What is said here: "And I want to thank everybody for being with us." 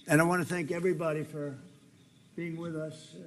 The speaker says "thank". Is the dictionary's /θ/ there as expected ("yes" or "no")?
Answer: yes